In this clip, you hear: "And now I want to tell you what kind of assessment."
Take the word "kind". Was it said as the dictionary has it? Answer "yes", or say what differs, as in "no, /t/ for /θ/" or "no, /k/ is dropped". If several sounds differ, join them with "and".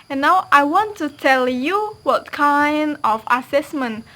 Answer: yes